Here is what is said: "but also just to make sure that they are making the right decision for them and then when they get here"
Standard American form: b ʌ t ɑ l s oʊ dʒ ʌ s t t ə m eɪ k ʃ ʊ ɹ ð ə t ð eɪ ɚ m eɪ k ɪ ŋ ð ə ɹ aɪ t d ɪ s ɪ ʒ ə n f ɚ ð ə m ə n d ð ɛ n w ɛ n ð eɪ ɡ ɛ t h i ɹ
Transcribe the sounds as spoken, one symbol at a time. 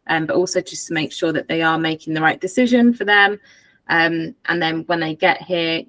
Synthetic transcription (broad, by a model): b ʌ t ɑ l s oʊ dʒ ʌ s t t ə m eɪ k ʃ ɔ ð ə t ð eɪ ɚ m eɪ k ɪ ŋ ð ə ɹ aɪ t d ɪ s ɪ ʒ ə n f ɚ ð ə m ə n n ð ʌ n w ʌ n ð eɪ ɡ ɛ t h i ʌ